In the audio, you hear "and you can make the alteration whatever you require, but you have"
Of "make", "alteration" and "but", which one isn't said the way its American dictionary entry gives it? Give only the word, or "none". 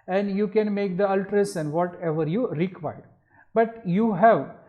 alteration